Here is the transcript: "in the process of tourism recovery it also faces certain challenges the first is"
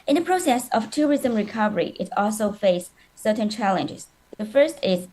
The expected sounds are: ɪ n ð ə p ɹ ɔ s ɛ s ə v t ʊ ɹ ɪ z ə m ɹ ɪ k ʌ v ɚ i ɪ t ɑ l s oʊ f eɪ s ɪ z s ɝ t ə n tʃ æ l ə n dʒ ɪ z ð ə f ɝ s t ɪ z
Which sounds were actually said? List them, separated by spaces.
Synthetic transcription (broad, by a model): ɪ n ð ə p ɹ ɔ s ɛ s ə v t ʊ ɹ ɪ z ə m ɹ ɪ k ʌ v ɚ i ɪ t ɑ l s oʊ f eɪ ɪ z s ɝ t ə n tʃ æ l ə n dʒ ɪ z ð ə f ɝ s t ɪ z